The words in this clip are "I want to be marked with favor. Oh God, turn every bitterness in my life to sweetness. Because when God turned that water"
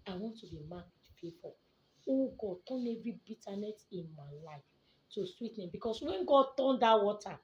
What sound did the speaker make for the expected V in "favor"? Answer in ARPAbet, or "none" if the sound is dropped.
P